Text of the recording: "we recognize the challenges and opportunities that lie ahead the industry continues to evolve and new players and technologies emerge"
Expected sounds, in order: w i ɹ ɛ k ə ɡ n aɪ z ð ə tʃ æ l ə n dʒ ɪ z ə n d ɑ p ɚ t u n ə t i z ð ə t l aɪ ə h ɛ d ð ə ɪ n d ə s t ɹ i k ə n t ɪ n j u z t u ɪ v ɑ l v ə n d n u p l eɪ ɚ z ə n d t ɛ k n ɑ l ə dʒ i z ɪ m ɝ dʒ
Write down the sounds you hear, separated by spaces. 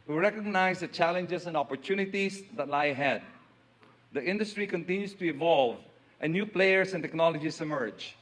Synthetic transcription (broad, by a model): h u ɹ ɛ k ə ɡ n aɪ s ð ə tʃ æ l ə n dʒ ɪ s ə n d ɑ p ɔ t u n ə t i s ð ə t l aɪ ə h ɛ d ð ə ɪ n d ə s t ɹ i k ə n t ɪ n j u s t u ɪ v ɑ l v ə n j u p l eɪ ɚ s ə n t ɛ k n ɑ l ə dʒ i s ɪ m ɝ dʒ